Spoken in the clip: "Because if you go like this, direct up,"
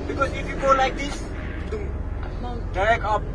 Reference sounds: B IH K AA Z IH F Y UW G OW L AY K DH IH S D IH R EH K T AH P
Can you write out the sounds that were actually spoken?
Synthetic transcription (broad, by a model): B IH K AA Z IH F Y UW G OW L AY K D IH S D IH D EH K AH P